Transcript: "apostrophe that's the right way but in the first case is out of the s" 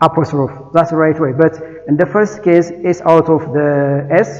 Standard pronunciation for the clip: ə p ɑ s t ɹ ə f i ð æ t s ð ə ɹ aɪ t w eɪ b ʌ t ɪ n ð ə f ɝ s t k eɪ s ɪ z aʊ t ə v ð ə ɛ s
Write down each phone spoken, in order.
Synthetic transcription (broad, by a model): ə p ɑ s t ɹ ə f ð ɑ t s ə ɹ aɪ t w eɪ b ʌ t ɪ n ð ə f ɝ s t k eɪ s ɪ s aʊ t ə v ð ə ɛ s